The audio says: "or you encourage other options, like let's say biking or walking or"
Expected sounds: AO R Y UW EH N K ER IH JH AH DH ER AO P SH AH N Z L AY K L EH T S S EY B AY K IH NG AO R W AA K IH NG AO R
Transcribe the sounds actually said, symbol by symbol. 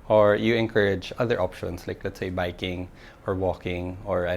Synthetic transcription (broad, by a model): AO R Y UW EH N K ER IH JH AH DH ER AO P SH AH N S L AY K L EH T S S EY B AY K IH NG AO R W AA K IH NG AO R